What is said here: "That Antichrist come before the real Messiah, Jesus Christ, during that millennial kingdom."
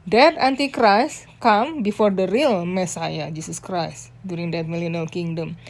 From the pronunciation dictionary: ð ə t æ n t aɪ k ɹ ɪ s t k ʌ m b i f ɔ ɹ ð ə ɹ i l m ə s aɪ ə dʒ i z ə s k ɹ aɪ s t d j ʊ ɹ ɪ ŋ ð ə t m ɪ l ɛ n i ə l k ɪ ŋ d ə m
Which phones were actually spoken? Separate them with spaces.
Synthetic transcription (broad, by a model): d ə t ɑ n t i k ɹ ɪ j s k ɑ m b i f ɔ ɹ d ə ɹ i l m ə s aɪ ə dʒ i s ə s k ɹ aɪ s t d j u ɹ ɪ ŋ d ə t m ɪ l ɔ n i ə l k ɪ ŋ d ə m